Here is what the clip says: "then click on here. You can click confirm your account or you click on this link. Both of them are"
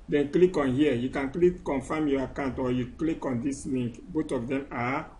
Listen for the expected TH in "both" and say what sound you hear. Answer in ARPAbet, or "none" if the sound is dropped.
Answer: T